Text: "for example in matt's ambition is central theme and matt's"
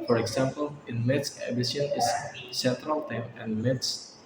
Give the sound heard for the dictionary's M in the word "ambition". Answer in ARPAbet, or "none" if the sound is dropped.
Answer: none